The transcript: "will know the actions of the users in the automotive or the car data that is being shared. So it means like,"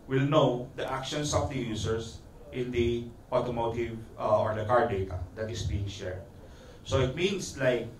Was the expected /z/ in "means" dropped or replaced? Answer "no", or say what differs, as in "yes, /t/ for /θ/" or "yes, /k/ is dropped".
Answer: yes, /s/ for /z/